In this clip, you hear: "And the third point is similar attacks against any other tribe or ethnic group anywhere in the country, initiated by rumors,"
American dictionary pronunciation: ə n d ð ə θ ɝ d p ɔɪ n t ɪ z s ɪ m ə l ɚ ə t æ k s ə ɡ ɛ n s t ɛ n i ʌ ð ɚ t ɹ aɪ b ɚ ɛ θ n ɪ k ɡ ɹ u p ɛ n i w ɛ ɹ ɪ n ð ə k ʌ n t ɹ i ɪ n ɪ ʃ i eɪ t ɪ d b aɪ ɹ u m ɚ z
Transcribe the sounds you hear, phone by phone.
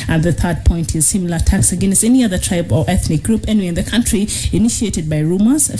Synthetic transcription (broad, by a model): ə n ð ə θ ɝ d p ɔɪ n t ɪ z s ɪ m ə l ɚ ə t æ k s ə ɡ ɛ n s t ɛ n i ʌ ð ɚ t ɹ aɪ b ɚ ɛ θ n ɪ k ɡ ɹ u p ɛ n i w ɪ n ð ə k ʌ n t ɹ i ɪ n ɪ ʃ i eɪ t ɪ d b aɪ ɹ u m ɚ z